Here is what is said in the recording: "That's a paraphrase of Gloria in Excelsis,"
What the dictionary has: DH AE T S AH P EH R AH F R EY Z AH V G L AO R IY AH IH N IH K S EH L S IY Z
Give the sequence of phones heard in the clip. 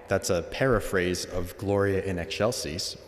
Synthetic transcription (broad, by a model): DH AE T S AH P EH R AH F R EY Z AH V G L AO R IY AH IH N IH K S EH L S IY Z